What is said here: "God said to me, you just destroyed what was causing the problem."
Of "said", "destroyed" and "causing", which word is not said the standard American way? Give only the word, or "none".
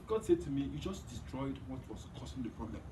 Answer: causing